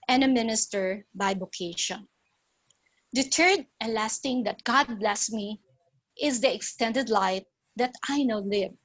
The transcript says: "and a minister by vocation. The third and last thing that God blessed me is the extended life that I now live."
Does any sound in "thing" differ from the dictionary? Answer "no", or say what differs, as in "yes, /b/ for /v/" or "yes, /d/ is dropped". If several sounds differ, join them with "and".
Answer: yes, /t/ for /θ/